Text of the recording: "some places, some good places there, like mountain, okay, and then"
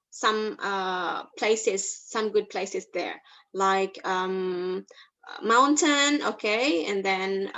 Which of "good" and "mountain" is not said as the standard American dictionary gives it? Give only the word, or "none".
none